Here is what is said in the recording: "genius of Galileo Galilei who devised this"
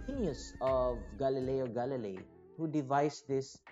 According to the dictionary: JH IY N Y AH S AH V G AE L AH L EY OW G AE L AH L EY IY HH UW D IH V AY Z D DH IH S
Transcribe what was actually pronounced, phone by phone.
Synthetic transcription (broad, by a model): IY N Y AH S AH V G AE L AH L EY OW G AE L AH L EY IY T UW D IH V AY S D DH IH S